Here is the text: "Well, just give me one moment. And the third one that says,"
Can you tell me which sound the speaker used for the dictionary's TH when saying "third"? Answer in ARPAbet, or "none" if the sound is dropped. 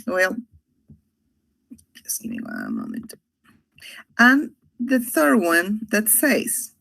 TH